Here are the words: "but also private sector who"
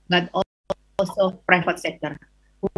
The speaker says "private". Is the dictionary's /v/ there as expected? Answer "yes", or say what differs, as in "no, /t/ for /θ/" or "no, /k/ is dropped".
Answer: no, /f/ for /v/